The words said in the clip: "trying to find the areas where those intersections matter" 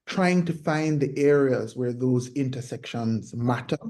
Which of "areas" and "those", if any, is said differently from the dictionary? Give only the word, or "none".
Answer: none